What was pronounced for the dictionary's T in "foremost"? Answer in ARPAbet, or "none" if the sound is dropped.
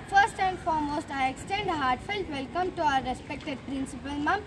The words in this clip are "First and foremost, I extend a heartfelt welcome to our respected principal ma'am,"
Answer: T